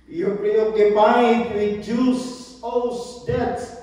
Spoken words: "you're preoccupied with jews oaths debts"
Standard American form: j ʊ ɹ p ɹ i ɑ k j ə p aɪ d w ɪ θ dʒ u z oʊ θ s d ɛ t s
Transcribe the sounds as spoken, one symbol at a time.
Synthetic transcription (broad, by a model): j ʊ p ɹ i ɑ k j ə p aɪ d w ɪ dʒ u s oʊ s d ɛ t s